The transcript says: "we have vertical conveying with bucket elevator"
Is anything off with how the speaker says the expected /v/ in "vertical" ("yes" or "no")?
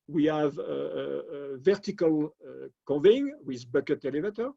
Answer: no